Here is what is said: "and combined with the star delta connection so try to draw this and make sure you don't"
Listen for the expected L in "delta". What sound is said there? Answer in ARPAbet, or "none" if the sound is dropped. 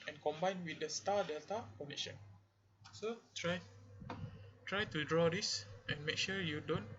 L